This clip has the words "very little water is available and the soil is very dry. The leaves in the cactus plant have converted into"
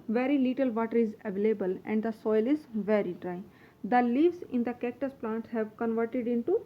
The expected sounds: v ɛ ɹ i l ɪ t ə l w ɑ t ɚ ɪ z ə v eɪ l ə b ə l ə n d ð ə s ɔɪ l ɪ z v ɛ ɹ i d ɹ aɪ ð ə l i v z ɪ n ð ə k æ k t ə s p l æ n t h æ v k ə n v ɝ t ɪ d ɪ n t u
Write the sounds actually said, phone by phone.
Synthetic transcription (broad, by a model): v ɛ ɹ i l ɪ t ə l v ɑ t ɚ ɪ z ə v eɪ l ə b ə l ə n d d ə s ɔɪ l ɪ z v ɛ ɹ i d ɹ aɪ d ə l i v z ɪ n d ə k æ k t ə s p l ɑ n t h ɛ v k ə n v ɝ t ɪ d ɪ n t u